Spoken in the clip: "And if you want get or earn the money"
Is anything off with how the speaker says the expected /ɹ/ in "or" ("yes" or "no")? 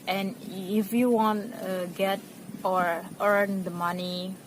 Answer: no